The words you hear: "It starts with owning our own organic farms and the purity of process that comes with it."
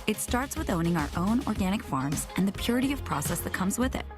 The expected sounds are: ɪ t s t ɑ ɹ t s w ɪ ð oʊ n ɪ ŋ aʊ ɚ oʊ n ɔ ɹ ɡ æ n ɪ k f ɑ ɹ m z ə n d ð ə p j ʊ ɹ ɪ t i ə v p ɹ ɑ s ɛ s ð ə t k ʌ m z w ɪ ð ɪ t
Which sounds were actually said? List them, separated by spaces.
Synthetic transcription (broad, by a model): ɪ t s t ɑ ɹ t s w ɪ ð oʊ n ɪ ŋ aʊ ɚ oʊ n ɔ ɹ ɡ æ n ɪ k f ɑ ɹ m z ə n ð ə p j ʊ ɹ ɪ t i ə v p ɹ ɑ s ɛ s ð ə t k ʌ m z w ɪ ð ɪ t